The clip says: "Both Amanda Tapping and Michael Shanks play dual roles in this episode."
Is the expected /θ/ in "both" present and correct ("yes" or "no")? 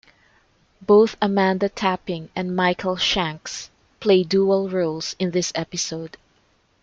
yes